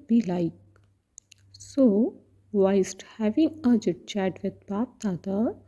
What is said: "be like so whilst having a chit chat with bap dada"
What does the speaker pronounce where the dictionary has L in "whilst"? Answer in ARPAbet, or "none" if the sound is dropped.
none